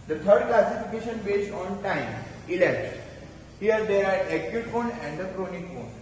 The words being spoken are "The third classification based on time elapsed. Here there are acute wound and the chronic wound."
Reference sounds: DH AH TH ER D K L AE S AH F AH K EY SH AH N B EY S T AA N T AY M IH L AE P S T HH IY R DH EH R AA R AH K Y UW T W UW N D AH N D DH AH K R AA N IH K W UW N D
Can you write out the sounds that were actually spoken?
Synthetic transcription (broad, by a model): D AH T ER D K L AE S AH F AH K EY SH AH N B EY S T AA N T AY M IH L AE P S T HH IY R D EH R AA R AH K Y UW T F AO N AH N D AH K R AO N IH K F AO N